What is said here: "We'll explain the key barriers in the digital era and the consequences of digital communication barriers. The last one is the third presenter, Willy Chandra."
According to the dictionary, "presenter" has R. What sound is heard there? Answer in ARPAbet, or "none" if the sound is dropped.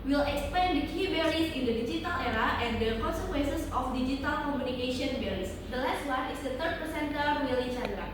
none